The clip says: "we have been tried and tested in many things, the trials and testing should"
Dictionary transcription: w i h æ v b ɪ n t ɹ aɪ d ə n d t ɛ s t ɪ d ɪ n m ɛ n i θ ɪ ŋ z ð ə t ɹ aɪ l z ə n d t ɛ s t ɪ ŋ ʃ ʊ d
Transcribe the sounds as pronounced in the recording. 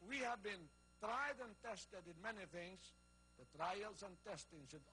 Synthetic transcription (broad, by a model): w i h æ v b ɪ n t ɹ aɪ d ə n t ɛ s t ɪ d ɪ n m ɛ n i θ ɪ ŋ z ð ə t ɹ aɪ l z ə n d t ɛ s t ɪ ŋ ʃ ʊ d